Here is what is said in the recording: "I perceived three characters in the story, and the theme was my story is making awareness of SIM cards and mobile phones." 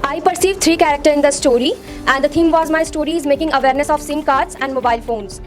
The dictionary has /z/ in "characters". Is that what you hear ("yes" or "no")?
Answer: no